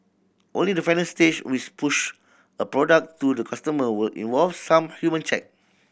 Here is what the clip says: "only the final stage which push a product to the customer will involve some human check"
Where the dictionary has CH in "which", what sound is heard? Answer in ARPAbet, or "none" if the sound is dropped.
S